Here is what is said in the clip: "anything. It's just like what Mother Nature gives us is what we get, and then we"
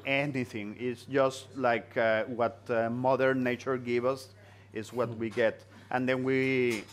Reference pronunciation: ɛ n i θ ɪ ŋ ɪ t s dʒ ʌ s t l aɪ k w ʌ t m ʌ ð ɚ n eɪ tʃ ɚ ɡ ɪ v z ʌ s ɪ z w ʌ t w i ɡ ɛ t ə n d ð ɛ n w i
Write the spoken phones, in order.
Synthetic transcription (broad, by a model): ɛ n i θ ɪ ŋ ɪ t s dʒ ʌ s t l aɪ k w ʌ t m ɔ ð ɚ n eɪ tʃ ɚ ɡ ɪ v ʌ s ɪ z w ʌ t w i ɡ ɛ t ə n d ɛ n w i